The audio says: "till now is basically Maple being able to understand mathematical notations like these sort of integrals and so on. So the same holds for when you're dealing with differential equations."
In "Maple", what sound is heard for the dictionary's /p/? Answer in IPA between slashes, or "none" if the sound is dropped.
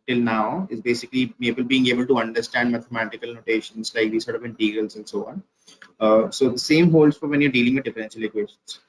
/b/